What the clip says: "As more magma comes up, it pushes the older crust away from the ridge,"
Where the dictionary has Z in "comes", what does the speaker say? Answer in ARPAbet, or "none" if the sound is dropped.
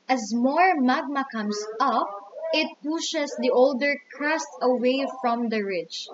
S